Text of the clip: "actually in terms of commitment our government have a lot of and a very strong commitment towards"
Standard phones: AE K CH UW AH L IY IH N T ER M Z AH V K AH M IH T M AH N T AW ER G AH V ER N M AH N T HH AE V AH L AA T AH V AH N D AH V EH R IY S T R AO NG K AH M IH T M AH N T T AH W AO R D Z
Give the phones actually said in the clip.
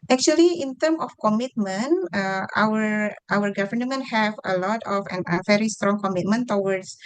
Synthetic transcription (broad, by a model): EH K CH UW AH L IY IH N T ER M AH F K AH M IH T M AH N T AW ER G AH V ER N M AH N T HH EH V AH L AA T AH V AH N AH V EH R IY S T R AO NG K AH M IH T M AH N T T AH W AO R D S